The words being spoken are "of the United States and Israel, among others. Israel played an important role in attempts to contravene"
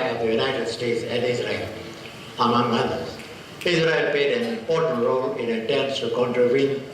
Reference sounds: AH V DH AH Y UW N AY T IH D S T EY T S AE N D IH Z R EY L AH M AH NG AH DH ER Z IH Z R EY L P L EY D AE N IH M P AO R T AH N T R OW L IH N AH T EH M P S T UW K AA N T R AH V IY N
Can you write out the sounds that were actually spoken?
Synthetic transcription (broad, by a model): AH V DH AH Y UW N AY T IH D S T EY T S AE N D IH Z R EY L AH M AH NG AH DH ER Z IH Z R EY L P EY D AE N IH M P AO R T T R OW L IH N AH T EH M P S T UW K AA N T R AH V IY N